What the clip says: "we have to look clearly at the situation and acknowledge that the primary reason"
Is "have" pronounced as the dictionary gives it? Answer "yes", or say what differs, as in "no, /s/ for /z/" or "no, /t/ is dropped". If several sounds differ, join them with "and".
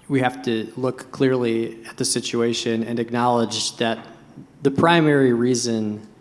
no, /f/ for /v/